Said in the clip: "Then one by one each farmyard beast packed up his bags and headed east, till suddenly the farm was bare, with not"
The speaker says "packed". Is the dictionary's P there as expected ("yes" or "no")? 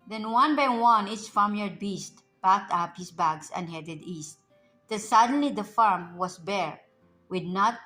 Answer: no